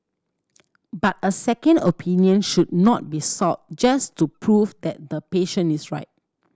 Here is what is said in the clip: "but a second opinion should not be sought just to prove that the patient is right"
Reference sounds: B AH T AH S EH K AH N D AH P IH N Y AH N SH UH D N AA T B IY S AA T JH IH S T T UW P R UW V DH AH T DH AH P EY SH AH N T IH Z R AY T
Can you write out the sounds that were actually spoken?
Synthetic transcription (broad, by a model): B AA T AH S EH K AH N D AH P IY N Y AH N SH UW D N AA T B IY S AA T JH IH S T T UW P R UW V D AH T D AH P EY SH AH N IH S R AY T